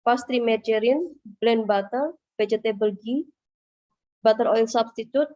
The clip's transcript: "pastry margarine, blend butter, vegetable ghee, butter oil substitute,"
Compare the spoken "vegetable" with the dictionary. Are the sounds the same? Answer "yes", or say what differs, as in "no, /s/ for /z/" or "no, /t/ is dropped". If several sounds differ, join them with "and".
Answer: no, /b/ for /v/